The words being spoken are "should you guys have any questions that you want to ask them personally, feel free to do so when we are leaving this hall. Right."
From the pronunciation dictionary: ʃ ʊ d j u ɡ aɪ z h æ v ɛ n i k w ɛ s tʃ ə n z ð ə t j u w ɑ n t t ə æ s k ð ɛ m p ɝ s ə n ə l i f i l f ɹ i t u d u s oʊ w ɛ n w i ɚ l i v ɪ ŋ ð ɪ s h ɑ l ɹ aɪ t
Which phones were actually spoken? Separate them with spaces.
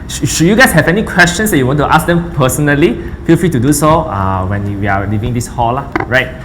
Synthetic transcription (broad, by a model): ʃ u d j u ɡ aɪ s h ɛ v ɛ n i k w ɛ s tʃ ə n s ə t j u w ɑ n t t ə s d ɛ m p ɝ s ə n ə l i f i l f ɹ i t u d u s oʊ w ɛ n w i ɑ l i v ɪ ŋ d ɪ s h ɑ l ɹ aɪ t